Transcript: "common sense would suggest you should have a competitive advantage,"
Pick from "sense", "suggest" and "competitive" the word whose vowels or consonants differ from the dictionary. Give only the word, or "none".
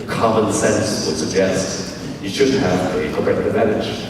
competitive